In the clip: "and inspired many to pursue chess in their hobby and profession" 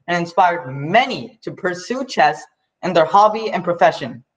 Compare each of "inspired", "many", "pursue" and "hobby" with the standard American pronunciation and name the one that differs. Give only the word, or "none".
none